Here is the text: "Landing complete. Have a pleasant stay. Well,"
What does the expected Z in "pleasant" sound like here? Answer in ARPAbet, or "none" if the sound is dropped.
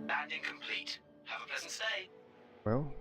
Z